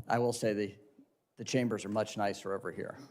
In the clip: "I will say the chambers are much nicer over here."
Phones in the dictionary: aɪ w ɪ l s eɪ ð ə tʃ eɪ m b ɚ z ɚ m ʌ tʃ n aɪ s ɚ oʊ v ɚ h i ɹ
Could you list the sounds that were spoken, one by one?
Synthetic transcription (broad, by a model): aɪ w ɪ l s eɪ ð ə tʃ eɪ m b ɚ z ɚ m ʌ tʃ n aɪ s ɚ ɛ v ɚ h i ɹ